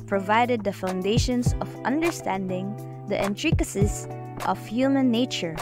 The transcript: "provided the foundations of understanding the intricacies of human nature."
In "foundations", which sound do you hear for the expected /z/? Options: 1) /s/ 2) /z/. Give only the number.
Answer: 1